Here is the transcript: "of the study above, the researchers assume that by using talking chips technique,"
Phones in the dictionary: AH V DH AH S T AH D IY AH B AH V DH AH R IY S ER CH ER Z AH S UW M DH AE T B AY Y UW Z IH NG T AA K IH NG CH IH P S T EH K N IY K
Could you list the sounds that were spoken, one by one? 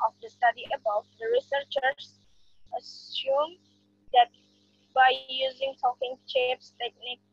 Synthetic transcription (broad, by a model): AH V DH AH S T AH D IY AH B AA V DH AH R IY S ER CH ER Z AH S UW M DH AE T B AY Y UW Z IH NG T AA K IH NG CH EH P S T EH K N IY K